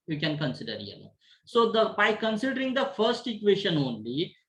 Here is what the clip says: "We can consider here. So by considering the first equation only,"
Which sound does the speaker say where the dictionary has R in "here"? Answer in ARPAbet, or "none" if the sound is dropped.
L